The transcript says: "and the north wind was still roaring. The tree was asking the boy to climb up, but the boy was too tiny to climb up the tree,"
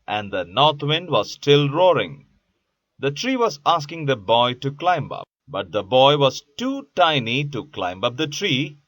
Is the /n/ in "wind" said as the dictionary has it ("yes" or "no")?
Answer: yes